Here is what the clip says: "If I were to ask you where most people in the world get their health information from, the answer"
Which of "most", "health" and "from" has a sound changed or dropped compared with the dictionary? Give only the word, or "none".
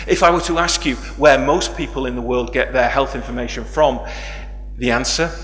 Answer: none